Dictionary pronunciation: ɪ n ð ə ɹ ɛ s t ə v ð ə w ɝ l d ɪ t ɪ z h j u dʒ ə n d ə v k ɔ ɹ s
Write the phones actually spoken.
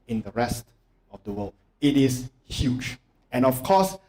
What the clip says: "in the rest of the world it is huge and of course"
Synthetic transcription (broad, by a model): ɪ n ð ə ɹ ɛ s t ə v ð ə w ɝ l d ɪ t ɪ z h j u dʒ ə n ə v k ɔ s